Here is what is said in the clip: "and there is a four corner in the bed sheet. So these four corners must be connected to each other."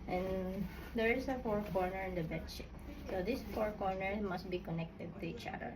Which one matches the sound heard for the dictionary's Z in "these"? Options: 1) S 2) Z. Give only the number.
1